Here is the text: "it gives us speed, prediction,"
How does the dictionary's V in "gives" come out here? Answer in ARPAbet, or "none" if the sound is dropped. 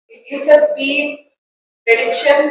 none